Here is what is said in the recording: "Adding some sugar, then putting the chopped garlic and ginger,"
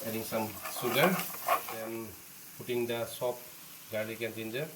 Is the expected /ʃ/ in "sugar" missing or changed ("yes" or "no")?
yes